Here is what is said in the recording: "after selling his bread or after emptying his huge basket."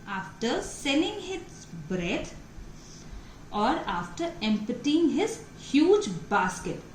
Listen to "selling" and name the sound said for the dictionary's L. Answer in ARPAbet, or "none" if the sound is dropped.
N